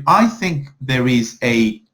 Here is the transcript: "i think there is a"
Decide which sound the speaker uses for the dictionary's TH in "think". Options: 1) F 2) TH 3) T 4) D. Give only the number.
2